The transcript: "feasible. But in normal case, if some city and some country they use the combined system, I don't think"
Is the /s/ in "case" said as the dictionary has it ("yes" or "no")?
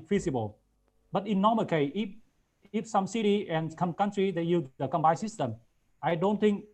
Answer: no